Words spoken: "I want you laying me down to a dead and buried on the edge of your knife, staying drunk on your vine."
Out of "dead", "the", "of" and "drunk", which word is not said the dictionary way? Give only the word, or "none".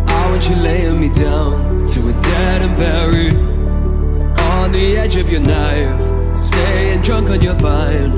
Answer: none